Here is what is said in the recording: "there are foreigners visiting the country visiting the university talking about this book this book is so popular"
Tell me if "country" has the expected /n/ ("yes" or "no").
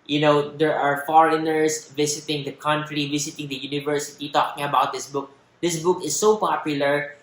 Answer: yes